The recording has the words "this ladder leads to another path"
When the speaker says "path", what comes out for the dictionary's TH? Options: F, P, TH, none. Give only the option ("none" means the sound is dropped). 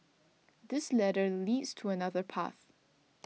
TH